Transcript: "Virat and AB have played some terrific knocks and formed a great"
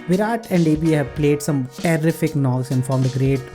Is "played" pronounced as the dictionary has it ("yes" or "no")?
yes